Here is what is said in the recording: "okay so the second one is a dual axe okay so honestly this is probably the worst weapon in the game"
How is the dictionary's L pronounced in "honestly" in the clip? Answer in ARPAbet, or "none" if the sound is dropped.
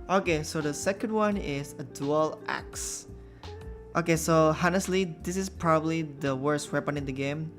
L